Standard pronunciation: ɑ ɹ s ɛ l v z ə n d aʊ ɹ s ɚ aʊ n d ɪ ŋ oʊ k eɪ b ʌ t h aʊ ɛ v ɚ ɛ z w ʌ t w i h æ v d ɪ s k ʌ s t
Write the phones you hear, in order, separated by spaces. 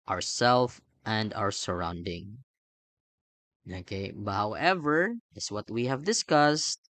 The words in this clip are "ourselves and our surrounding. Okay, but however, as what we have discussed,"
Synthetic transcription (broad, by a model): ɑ ɹ s ɛ l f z ə n d aʊ ɹ s ɚ aʊ n d ɪ ŋ oʊ k eɪ b ʌ t h aʊ ɛ v ɚ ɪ s w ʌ t w i h æ v d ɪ s k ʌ s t